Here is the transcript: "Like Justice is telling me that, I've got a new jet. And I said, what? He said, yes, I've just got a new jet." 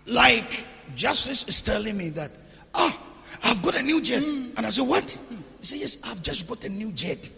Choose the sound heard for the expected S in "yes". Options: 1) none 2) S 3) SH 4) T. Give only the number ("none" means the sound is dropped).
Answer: 2